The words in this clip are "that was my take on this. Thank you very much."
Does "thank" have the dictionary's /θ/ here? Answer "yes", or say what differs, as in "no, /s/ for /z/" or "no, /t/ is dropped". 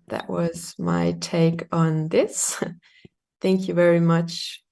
yes